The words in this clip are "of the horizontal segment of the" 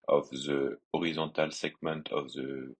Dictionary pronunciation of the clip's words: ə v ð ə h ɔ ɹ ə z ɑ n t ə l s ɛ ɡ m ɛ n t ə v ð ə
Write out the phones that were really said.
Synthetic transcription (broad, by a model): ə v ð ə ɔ ɹ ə z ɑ t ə l s ɛ ɡ m ɛ n t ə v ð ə